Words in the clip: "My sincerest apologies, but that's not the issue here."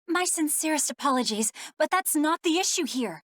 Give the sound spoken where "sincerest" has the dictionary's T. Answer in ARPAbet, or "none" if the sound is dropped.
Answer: T